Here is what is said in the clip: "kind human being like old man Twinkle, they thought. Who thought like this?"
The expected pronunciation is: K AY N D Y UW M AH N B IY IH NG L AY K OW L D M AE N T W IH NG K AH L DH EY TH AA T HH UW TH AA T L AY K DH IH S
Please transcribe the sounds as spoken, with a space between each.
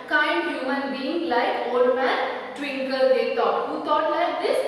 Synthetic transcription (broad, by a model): K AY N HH Y UW M AH N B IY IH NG L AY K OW D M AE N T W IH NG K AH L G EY T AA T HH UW T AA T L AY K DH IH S